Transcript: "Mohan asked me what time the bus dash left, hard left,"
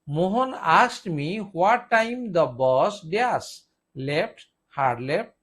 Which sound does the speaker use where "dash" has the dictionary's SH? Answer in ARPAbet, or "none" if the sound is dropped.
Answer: S